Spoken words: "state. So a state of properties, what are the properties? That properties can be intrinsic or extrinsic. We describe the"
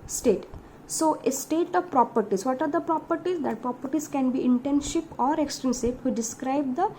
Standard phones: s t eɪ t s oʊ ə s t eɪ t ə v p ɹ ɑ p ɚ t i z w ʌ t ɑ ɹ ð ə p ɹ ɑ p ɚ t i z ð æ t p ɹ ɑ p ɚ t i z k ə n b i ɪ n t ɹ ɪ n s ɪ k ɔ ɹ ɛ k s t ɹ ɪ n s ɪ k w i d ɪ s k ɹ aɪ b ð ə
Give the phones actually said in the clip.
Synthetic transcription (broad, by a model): s t eɪ t s oʊ ə s t eɪ t ə v p ɹ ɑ p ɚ t i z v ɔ t ɑ ɹ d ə p ɹ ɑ p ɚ t i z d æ t p ɹ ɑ p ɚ t i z k ə n b i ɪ n t ɛ n ʃ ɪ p ɔ ɹ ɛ k s t ɛ n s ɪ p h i d ɪ s k ɹ aɪ b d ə